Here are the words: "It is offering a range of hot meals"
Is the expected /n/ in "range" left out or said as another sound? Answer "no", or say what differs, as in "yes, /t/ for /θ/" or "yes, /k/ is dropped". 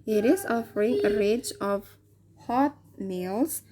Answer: yes, /n/ is dropped